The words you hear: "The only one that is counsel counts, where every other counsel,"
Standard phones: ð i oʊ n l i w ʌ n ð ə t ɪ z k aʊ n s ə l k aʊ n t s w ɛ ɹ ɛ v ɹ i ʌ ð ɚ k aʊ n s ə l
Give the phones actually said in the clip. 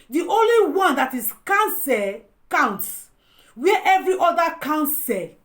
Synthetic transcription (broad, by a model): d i oʊ n l i w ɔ n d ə t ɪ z k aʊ n s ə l k aʊ n t s w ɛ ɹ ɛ v ɹ i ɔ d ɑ k aʊ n s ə